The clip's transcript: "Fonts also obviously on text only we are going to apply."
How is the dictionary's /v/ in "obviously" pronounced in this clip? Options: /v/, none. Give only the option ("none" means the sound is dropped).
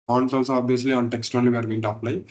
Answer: none